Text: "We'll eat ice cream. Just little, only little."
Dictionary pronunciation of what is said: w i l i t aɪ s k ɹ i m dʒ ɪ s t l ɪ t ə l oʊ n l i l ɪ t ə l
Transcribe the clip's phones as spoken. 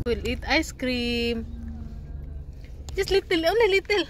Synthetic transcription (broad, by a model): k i l i t aɪ s k ɹ i m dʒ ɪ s l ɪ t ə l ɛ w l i l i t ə l